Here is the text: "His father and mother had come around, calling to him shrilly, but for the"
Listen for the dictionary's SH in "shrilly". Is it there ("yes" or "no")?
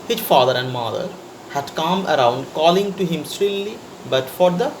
no